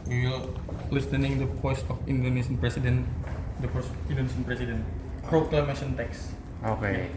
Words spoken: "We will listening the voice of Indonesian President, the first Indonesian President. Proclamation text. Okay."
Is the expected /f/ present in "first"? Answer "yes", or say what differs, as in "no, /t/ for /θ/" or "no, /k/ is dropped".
no, /p/ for /f/